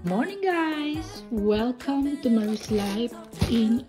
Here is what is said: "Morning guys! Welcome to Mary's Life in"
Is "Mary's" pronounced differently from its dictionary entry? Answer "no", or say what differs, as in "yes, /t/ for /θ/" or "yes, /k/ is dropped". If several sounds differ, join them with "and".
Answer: yes, /ɹ/ is dropped and /s/ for /z/